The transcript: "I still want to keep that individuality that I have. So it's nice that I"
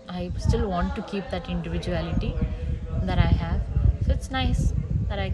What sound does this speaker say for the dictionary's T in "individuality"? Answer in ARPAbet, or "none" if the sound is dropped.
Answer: T